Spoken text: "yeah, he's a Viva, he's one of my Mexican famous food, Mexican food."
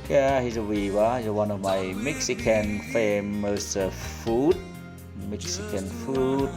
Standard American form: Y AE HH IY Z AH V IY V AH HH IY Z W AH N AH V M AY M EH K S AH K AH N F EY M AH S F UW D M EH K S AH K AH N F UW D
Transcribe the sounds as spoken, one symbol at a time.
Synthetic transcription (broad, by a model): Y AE HH IY Z AH W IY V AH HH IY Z W AH N AH V M AY M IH K S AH K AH N F EY M AH S F UW D M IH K S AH K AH N F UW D